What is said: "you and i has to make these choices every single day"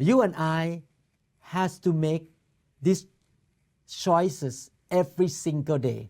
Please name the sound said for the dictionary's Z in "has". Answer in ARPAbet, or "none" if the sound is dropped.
S